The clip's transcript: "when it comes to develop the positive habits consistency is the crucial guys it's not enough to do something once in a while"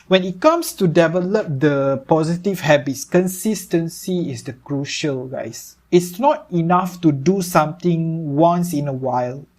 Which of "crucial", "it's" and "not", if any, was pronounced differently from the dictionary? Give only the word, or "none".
none